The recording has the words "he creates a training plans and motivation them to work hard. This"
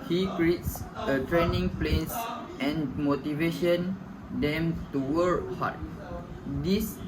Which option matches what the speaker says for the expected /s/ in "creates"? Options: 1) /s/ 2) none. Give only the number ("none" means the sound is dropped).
1